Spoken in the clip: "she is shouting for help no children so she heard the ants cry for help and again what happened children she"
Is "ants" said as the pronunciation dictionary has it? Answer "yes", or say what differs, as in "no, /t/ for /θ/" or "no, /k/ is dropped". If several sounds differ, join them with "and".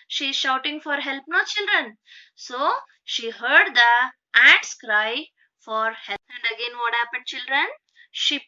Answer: no, /n/ is dropped